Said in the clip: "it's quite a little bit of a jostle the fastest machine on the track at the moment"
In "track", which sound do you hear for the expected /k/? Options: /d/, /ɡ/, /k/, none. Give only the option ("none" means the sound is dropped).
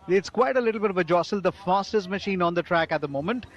/k/